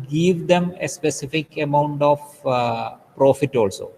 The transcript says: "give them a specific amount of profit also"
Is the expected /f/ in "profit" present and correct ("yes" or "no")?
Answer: yes